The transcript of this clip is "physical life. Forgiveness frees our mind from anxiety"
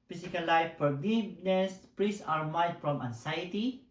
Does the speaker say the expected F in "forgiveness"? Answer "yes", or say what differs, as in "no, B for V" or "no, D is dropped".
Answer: no, P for F